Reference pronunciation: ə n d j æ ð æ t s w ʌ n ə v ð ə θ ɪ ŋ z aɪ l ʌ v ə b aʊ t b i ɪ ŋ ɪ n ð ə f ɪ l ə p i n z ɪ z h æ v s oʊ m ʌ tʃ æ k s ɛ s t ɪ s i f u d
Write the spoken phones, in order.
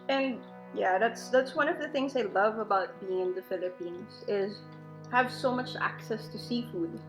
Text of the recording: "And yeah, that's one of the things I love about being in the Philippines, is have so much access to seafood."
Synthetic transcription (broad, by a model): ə n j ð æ ð æ t s w ʌ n ə v ð ə θ ɪ ŋ z aɪ l ʌ v ə b aʊ t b i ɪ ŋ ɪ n ð ə f ɪ l ə p i n z ɪ z h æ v s oʊ m ʌ tʃ æ k s ɛ s t ɪ s i f u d